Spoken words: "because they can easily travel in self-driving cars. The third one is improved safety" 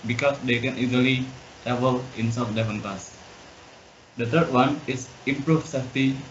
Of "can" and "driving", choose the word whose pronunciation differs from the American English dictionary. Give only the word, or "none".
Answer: driving